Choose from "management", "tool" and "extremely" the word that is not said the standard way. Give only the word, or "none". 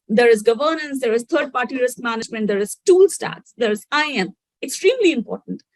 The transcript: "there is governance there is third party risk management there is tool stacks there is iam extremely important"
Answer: none